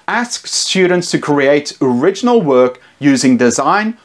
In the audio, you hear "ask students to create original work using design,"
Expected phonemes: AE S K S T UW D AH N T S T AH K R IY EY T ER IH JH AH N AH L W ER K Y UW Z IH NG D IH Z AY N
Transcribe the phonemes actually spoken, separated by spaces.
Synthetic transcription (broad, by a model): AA S K S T UW D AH N T S T AH K R IY EY T ER IH JH AH N AH L W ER K Y UW Z IH NG D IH Z AY N